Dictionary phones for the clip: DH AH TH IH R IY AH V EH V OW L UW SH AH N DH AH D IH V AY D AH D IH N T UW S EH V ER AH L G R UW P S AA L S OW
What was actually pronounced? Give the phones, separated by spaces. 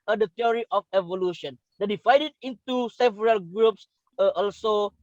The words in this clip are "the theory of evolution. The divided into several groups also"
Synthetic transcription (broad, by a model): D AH T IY R IY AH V EH V OW L UW SH AH N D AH D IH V AY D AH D IH N T UW S EH V ER AH L G R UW P S AA L S OW